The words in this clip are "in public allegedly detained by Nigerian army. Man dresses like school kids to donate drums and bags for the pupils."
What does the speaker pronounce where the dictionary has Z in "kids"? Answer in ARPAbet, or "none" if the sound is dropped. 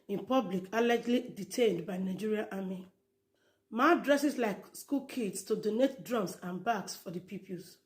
S